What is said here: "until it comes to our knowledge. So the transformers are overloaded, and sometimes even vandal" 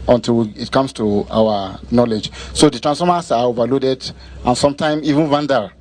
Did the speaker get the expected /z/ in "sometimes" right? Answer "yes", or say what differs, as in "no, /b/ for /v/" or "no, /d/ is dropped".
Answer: no, /z/ is dropped